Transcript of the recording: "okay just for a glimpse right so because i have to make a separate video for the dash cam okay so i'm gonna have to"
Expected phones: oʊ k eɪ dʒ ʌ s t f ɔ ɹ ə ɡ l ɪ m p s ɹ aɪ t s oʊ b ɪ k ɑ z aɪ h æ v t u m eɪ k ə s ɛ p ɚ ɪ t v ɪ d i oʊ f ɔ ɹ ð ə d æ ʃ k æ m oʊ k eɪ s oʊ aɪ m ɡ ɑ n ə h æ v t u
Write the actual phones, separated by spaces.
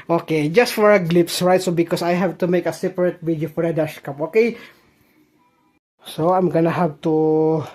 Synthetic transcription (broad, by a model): oʊ k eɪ dʒ ʌ s t f ɔ ɹ ə ɡ l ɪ p s ɹ aɪ t s oʊ b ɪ k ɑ s aɪ h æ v t u m eɪ k ə s ɛ p ɚ ɪ t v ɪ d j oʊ f ɔ ɹ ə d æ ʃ k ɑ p oʊ k eɪ s oʊ aɪ m ɡ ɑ n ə h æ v t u